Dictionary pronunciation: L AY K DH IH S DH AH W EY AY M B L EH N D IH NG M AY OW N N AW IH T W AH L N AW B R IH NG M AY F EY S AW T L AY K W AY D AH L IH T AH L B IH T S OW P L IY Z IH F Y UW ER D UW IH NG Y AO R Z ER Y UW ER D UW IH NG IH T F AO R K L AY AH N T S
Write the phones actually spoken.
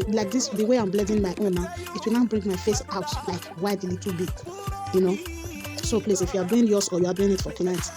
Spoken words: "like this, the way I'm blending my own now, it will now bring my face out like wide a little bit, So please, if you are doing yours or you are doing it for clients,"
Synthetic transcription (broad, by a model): L AY K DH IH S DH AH W EY AY M B L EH D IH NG M AY OW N N AW IH T W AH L N AW B R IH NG M AY F EY S AW T L AY K W AY D L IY T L B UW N S OW P L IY S IH F Y UW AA D UW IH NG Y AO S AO Y UW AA D UW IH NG IH T F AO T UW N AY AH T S